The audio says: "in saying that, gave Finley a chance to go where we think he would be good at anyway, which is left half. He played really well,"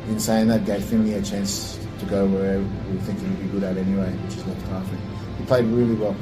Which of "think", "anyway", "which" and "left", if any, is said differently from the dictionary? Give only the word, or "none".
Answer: left